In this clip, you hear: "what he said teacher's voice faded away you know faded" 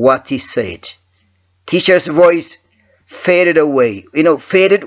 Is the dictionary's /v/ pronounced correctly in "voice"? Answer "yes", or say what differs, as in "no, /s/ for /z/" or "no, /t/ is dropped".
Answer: yes